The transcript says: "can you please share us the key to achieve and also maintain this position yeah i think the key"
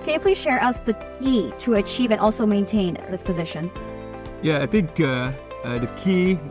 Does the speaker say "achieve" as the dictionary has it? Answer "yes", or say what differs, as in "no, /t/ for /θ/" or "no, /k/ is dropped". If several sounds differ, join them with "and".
yes